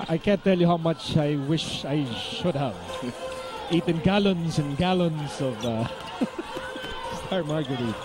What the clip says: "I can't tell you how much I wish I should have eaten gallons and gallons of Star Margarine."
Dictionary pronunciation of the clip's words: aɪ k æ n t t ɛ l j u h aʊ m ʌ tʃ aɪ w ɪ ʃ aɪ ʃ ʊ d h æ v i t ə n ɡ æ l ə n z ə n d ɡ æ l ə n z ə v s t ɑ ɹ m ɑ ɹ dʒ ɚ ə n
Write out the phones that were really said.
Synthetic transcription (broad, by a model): aɪ k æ n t t ɛ l j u h aʊ m ʌ tʃ aɪ w ɪ ʃ aɪ ʃ ʊ d h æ v i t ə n ɡ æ l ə n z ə n ɡ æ l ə n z ə v s t ɑ ɹ m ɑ ɹ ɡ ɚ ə